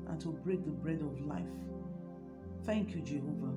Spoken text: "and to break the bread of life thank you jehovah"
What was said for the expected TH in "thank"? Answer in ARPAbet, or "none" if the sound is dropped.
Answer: TH